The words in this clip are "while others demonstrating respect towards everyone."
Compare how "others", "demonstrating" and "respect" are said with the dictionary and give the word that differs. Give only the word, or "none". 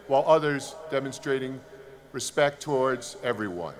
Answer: none